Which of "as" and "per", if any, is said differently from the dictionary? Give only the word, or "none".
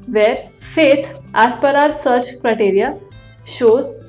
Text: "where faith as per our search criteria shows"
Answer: as